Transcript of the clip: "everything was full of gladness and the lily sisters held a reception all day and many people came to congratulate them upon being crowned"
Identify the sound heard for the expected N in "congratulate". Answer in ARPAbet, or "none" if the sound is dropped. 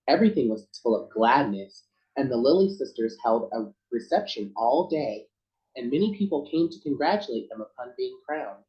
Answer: N